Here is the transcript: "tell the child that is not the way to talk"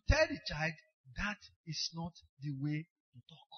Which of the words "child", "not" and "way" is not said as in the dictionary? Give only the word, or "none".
none